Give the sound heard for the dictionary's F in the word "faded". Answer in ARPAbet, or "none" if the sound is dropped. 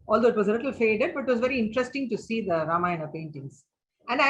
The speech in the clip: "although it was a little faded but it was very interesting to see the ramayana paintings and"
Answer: F